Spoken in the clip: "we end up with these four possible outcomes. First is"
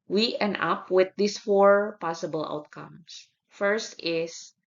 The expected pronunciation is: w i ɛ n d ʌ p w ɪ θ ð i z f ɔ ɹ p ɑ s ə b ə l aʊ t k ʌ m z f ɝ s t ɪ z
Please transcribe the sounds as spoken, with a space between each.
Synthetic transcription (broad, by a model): w i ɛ n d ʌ p w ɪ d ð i s f ɔ ɹ p ɑ s ə b ə l aʊ t k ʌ m s f ɝ s t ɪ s